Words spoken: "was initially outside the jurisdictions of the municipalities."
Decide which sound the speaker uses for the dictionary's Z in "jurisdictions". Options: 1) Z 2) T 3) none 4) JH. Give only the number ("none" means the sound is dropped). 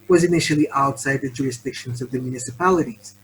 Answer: 1